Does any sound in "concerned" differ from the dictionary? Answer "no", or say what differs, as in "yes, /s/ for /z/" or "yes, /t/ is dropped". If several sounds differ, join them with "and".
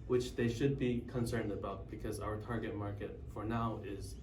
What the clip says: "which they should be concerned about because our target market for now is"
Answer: no